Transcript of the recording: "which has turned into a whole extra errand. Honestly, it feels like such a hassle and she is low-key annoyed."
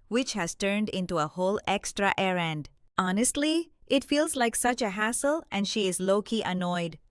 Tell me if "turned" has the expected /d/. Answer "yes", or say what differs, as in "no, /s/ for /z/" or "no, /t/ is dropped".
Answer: yes